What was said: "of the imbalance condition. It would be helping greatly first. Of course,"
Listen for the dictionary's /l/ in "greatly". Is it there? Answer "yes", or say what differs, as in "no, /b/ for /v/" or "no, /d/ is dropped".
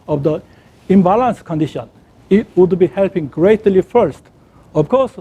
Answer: yes